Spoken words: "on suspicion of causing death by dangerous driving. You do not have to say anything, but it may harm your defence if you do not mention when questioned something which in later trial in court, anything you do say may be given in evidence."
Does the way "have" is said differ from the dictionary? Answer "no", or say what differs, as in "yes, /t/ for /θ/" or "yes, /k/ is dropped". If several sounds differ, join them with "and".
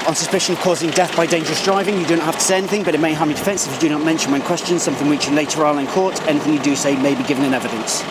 yes, /f/ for /v/